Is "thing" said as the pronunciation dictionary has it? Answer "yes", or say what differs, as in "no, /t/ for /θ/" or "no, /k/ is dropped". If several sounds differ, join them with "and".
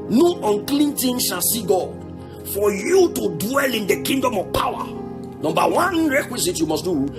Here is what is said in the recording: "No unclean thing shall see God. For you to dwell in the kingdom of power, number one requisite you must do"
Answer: no, /t/ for /θ/